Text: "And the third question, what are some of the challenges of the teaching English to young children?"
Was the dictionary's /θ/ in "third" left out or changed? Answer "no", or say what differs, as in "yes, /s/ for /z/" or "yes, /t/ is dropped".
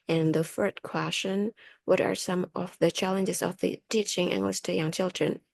yes, /f/ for /θ/